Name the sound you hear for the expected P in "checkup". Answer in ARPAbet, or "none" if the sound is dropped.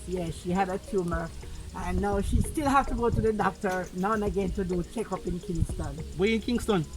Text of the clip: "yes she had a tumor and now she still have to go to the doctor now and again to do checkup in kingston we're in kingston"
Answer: P